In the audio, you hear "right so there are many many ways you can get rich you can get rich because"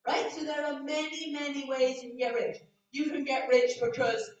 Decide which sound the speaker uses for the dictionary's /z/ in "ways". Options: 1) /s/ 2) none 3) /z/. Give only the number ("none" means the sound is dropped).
3